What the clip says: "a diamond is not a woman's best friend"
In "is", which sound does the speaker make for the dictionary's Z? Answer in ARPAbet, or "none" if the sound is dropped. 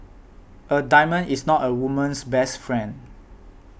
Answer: S